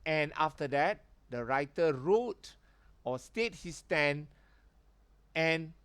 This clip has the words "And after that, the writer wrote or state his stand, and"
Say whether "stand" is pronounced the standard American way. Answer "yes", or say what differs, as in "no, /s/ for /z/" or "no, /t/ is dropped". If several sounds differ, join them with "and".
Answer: no, /d/ is dropped